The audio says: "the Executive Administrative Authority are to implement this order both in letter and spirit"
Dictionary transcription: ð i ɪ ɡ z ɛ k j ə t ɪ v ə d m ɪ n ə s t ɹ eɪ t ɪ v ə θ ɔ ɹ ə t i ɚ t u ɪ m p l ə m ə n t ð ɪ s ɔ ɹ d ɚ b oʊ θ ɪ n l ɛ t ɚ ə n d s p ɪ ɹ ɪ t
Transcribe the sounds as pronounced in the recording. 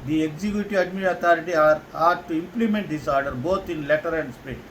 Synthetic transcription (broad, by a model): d i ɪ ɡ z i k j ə t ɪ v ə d m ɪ ə t ɑ t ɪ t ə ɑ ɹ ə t t u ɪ m p l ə m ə n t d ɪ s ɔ ɹ d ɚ b oʊ t ɪ n l ɛ t ɚ ə n d s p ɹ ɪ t